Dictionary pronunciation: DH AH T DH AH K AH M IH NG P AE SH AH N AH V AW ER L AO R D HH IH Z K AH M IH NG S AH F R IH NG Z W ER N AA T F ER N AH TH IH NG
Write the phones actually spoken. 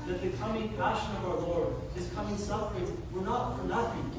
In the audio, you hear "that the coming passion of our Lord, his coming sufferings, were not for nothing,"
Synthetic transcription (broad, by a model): DH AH T DH AH K AH M IH NG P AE SH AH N AH V AW ER L AO R D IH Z K AH M IH NG S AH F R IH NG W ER N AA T F ER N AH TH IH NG